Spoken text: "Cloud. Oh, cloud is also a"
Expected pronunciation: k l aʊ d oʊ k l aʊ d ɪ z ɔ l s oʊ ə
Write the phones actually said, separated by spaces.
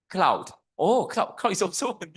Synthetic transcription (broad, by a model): k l aʊ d oʊ k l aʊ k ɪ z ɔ s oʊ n